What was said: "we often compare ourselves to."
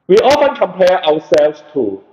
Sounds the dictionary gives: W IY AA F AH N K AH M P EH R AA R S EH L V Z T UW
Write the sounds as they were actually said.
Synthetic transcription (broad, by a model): W IY AA F AH N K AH M P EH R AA W S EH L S T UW